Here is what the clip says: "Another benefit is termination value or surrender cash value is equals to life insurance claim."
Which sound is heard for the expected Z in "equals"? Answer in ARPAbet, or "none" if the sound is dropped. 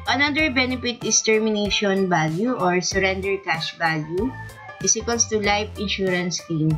S